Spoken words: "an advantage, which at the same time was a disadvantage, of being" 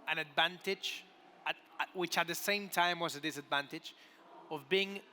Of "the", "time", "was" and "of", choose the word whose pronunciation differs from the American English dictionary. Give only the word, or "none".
none